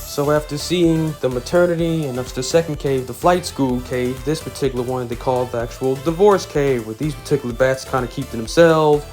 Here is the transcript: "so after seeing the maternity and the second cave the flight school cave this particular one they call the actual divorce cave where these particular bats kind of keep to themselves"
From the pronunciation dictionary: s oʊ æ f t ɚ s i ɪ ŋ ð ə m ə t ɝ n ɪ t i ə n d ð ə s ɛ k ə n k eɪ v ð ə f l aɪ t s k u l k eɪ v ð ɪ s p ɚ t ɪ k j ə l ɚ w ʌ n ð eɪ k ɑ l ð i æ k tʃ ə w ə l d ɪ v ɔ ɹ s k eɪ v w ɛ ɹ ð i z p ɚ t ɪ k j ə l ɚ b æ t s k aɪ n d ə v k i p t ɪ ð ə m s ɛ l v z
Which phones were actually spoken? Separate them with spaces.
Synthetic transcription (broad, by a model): s oʊ æ f t ɚ s i ɪ ŋ ð ə m ə t ɝ n ɪ t i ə n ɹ ð ə s ɛ k n k eɪ v ð ə f l aɪ t s k u l k eɪ v ð ɪ s p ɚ t ɪ k j l ɚ w ʌ n ð eɪ k ɑ l ð i æ k tʃ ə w l d ɪ v ɔ ɹ s k eɪ v w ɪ ð i z p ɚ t ɪ k j l ɚ b æ t s k aɪ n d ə k i p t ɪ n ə m s ɛ l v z